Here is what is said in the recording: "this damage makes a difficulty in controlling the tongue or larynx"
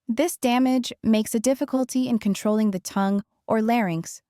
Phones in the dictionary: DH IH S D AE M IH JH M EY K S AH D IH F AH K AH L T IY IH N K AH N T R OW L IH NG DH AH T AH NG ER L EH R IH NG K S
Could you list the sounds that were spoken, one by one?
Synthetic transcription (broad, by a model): DH IH S D AE M IH JH M EY K S AH D IH F AH K AH L T IY IH N K AH N T R OW L IH NG DH AH T AH NG ER L EH R IH NG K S